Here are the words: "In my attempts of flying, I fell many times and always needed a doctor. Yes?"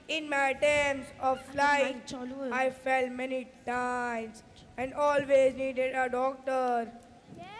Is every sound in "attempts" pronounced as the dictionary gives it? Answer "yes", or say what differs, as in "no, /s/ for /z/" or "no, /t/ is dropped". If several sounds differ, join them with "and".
no, /p/ is dropped